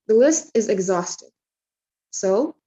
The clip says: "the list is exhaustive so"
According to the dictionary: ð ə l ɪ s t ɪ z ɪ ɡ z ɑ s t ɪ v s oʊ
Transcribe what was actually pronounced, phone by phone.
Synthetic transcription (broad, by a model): ð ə l ɪ s t ɪ z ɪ ɡ z ɑ s t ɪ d s oʊ